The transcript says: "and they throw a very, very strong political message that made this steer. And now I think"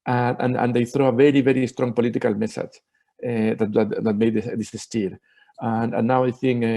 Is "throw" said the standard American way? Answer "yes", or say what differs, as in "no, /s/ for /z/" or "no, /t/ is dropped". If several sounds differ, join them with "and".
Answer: yes